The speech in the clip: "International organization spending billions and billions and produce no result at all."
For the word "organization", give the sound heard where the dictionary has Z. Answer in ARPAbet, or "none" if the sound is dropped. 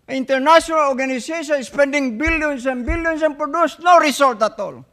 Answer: S